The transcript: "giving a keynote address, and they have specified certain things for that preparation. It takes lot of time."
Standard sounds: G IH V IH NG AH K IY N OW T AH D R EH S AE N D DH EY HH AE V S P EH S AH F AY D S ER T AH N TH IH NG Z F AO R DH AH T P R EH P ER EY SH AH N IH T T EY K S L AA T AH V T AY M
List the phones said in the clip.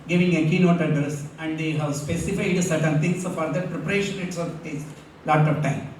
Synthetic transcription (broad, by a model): G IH V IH NG AH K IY N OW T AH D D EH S AE N D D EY HH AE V S P EH S AH F AY D S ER T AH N T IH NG S F AO R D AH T P R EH P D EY SH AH N IH T S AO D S L AA T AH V T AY M